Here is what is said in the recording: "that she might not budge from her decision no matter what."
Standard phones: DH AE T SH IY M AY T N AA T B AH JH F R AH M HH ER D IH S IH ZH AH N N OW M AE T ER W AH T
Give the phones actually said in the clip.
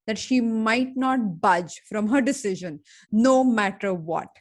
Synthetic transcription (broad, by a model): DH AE T SH IY M AY T N AA T B AH JH F R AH M HH ER D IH S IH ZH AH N N OW M AE T ER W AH T